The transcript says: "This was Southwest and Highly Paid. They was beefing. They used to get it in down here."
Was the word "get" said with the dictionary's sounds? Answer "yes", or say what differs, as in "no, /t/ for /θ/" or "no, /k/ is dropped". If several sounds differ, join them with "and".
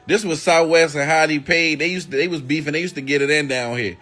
yes